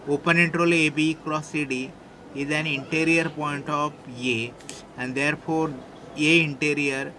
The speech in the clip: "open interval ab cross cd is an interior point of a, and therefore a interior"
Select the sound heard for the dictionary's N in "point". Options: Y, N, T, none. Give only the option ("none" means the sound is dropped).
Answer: N